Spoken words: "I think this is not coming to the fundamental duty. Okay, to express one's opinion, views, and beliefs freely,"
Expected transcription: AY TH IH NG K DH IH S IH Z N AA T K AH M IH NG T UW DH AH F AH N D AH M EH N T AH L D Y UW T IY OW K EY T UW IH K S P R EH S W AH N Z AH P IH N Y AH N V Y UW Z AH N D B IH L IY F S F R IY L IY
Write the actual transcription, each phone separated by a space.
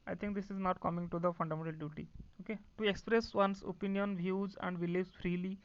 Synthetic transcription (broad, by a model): AY T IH NG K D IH S IH Z N AA T K AH M IH NG T UW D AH F AH N D AH M EH N T AH L D Y UW T IY OW K EY T UW IH K S P R EH S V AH N S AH P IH N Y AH N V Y UW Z AH N D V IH L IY S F R IY L IY